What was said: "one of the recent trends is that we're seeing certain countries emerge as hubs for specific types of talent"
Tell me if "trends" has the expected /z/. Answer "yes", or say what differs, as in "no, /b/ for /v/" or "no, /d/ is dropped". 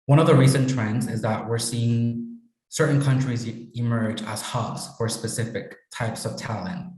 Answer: yes